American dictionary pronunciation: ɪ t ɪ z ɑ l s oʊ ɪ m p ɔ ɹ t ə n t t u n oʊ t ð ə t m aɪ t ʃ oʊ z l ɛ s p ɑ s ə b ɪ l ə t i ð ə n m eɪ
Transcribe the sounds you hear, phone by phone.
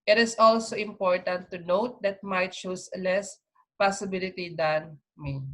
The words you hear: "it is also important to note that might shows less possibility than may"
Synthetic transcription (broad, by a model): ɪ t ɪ s ɑ l s oʊ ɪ m p ɔ ɹ t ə n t t u n oʊ t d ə t m aɪ t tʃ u s l ɛ s p ɑ s ə b ɪ l ə t i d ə n m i